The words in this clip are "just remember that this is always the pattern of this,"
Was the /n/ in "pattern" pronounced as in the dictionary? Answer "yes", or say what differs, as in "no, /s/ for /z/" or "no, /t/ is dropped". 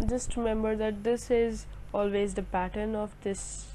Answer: yes